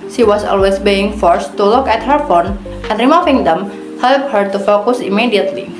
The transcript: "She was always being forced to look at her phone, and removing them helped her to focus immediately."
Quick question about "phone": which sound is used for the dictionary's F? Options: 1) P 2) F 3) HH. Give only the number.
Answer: 2